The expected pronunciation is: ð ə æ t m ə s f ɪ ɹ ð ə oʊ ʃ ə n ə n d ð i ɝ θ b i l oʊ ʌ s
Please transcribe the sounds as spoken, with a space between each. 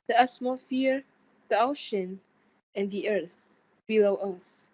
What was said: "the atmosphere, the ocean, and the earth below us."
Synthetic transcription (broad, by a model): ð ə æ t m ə f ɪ ɹ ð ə oʊ ʃ ə n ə n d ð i ɝ θ b i l oʊ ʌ s